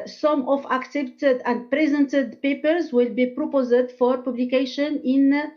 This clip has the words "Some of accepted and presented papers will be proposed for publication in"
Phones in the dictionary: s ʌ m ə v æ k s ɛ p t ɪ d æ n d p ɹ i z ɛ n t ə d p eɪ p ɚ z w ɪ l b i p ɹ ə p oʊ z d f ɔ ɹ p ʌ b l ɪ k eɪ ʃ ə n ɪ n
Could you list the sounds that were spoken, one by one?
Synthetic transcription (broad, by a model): s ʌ m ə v æ k s ɛ p t ɪ d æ n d p ɹ i z ɛ n t ə d p eɪ p ɚ z w ɪ l b i p ɹ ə p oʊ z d f ɔ ɹ p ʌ b l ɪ k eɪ ʃ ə n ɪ n